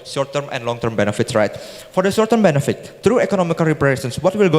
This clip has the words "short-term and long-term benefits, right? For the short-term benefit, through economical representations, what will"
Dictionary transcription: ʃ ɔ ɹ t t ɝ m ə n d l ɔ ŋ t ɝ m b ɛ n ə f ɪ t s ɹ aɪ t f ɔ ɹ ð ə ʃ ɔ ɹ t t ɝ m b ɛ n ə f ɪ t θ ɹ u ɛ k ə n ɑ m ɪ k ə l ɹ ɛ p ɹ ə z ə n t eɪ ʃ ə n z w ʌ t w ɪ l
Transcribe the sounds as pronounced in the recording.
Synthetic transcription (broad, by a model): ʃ ɔ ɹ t t ɝ m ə n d l ɔ ŋ t ɝ m b ɛ n ə f ɪ t s ɹ aɪ t f ɔ ɹ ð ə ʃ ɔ ɹ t t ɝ m b ɛ n ə f ɪ t ɹ u ɛ k ə n ɑ m ɪ k ə l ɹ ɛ p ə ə t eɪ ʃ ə n s w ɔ t w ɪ l